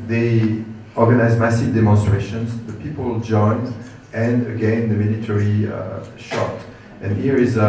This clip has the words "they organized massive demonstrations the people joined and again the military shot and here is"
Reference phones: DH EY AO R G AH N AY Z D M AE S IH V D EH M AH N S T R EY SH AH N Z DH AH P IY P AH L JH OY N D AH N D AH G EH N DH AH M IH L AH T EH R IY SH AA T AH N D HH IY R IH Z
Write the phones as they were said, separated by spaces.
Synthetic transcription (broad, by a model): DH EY AO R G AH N AY Z M AE S IH V D EH M AH N S T R EY SH AH N Z DH AH P IY P AH L JH OY N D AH N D AH G EH N DH AH M IH L AH T EH R IY SH AA T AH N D HH IY R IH Z